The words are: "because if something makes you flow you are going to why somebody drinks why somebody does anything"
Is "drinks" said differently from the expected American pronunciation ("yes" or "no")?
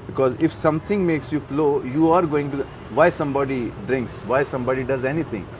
no